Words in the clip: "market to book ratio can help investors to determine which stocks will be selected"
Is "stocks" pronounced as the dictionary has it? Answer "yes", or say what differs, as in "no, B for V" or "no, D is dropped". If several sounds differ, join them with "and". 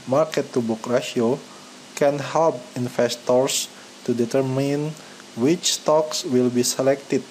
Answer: yes